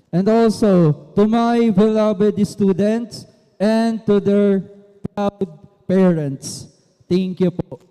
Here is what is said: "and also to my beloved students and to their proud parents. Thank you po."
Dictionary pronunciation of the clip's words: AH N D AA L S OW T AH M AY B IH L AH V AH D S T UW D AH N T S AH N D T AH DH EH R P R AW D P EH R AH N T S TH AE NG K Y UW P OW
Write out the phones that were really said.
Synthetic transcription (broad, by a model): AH N D AA L S OW T AH M AY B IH L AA B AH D S T UW D AH N T S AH N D T AH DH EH R P R AW D P EH R AH N T S T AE NG K Y UW P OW